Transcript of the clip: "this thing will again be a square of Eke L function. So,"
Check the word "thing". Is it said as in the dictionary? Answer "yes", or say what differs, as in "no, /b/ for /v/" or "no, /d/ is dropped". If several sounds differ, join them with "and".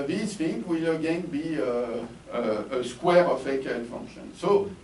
no, /f/ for /θ/